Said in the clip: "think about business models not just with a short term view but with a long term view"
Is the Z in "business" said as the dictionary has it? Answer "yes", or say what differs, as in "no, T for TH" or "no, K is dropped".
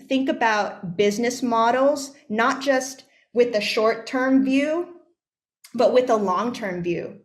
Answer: yes